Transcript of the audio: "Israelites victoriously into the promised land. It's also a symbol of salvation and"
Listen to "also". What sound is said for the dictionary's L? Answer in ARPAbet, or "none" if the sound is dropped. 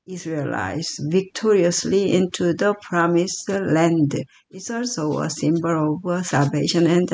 L